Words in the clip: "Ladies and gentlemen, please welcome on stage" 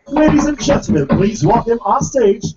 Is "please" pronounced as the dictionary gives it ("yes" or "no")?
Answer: yes